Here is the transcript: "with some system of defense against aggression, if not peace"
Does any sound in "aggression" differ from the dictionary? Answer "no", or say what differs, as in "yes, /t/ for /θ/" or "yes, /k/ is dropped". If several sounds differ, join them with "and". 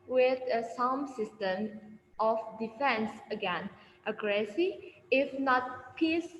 yes, /s/ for /ʃ/ and /n/ is dropped